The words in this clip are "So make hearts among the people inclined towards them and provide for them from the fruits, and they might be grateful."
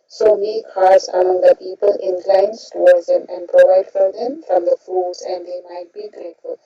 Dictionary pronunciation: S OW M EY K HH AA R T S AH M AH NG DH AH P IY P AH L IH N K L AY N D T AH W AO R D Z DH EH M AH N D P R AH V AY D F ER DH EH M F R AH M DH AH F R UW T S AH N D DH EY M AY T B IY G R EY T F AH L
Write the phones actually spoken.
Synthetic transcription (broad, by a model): S OW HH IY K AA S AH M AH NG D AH P IY P AH L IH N K L AY N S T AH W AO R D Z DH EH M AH N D P R AH V AY D F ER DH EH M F R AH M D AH F UW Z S AH N D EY M AY T B IY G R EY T F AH L